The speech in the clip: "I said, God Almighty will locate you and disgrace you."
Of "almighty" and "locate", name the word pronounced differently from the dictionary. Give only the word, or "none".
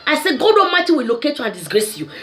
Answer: almighty